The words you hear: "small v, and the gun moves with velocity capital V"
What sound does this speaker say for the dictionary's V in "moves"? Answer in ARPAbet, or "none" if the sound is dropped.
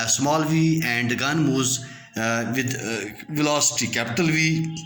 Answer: none